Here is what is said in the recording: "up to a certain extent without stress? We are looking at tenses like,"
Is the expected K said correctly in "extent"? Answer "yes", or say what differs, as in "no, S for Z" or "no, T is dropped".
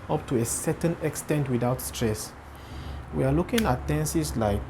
yes